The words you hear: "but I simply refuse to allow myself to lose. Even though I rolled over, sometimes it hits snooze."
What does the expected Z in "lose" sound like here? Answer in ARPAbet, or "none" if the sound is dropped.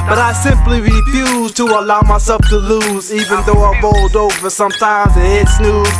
Z